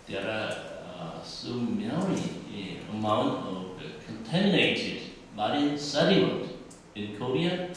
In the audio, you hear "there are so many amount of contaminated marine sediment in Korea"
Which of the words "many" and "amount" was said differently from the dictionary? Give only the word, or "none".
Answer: many